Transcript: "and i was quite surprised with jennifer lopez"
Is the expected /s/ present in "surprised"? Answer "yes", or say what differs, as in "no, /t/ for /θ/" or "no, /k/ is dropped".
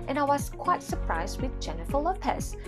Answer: yes